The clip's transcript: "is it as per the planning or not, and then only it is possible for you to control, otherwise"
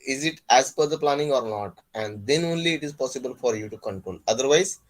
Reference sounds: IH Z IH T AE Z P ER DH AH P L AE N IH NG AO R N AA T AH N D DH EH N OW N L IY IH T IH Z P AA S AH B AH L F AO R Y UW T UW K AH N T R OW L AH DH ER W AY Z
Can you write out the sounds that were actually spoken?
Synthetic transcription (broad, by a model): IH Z IH T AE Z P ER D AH P L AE N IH NG AO R N AA T AH N D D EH N OW N L IY IH T IH Z P AA S AH B AH L F AO R Y UW T UW K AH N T OW N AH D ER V AY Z